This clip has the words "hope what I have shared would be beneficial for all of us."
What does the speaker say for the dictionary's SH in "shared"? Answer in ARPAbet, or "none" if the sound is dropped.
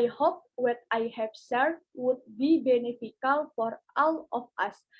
S